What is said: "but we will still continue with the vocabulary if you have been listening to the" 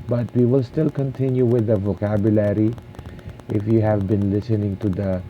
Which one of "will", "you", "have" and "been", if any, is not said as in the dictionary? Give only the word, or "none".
none